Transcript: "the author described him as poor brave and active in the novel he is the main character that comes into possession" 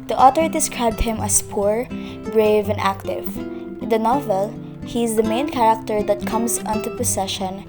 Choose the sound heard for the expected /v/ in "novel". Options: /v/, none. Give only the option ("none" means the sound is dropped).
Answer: /v/